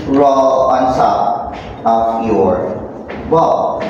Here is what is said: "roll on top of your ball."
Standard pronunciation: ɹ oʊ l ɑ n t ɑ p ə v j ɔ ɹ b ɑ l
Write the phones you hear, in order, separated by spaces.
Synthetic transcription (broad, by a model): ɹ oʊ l ɑ n s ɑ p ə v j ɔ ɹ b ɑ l